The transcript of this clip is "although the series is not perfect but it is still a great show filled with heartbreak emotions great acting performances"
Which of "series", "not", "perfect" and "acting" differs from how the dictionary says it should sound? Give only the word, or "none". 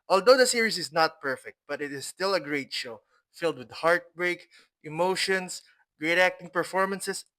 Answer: series